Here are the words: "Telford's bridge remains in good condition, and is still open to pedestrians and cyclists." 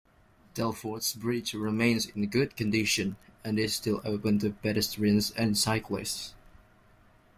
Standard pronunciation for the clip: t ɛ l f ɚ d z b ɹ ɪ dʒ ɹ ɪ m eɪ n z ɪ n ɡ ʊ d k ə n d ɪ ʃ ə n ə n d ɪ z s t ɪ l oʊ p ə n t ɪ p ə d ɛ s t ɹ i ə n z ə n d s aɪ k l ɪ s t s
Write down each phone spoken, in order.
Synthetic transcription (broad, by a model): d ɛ l f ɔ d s b ɹ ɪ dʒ ɹ ɪ m eɪ n z ɪ n ɡ ʊ d k ə n d ɪ ʃ ə n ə n ɪ z s t ɪ l oʊ p ə n t ɪ b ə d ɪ s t ɹ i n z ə n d s aɪ k l ɪ s t s